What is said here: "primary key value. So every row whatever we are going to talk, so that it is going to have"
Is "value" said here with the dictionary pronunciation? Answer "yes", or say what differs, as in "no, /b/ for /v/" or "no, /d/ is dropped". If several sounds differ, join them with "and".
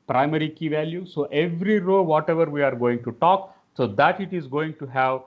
yes